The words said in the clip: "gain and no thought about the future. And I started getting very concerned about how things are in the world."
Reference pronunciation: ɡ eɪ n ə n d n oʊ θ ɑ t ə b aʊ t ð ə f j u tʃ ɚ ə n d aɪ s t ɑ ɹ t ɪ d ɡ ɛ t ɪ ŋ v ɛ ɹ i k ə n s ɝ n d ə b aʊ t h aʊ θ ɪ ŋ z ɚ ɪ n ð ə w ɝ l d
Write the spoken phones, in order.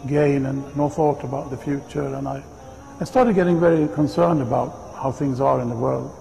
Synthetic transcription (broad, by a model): ɡ eɪ n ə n n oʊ θ ɑ t ə b aʊ t ð ə f j u tʃ ɚ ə n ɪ aɪ s t ɑ ɹ t ɪ d ɡ ɛ t ɪ ŋ v ɛ ɹ i k ə n s ɝ n d ə b aʊ t h aʊ θ ɪ ŋ z ɚ ɪ n ð ə w ɝ l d